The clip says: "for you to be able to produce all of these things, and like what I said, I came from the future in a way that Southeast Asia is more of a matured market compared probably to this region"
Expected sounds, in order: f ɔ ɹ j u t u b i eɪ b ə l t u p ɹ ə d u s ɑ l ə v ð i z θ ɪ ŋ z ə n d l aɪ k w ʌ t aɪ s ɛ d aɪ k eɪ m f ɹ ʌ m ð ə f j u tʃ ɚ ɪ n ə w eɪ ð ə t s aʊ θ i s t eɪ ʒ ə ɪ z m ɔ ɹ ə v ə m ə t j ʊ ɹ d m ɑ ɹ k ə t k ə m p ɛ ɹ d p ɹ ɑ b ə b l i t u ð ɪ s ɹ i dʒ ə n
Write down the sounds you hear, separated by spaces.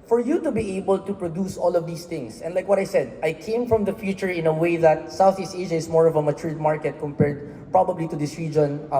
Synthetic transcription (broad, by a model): f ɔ ɹ j u t u b i eɪ b ə l t u p ɹ ə d u s ɑ l ə v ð i s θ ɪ ŋ s ə n d l aɪ k w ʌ t aɪ s ɛ d aɪ k eɪ m f ɹ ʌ m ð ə f j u tʃ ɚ ɪ n ə w eɪ ð ə t s aʊ θ i s t eɪ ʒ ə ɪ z m ɔ ɹ ə v ə m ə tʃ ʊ ɹ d m ɑ ɹ k ə t k ə m p ɛ ɹ d p ɹ ɑ b ə b l i t u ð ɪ s ɹ i dʒ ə n